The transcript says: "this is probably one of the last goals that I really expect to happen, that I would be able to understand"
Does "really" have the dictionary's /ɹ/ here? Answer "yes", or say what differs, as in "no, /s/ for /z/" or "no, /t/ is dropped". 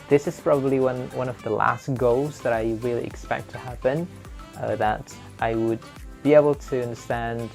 no, /w/ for /ɹ/